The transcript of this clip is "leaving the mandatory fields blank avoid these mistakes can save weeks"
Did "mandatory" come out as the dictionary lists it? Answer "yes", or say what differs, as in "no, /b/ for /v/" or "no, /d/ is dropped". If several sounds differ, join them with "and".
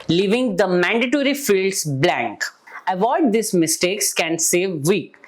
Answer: yes